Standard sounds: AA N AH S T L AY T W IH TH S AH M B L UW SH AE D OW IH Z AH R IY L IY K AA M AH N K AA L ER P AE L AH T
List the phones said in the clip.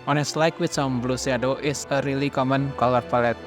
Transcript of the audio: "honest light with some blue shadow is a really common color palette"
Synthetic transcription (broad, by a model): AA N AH S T L AY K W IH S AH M B L UW S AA D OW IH S AH R IY L IY K AA M AH N K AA L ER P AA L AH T